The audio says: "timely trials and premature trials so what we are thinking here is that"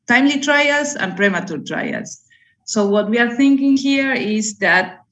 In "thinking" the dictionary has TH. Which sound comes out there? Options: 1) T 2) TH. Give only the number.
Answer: 2